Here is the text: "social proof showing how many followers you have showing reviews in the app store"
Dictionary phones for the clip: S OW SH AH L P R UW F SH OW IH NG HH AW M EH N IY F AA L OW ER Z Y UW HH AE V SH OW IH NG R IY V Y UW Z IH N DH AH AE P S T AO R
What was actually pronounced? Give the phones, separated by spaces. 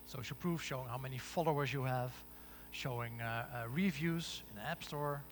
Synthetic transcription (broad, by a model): S OW SH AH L P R UW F SH OW IH NG HH AW M EH N IY F AA L OW ER Z Y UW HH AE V SH OW IH NG R IY V Y UW Z IH N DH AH AE P S T AO R